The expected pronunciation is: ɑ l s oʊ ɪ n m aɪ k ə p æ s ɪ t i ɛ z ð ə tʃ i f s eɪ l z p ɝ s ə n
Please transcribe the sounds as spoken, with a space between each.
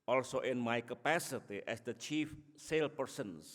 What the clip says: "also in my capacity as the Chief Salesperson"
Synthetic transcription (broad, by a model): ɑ l s oʊ ɪ n m aɪ k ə p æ s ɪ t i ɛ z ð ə tʃ i f s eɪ l p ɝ s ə n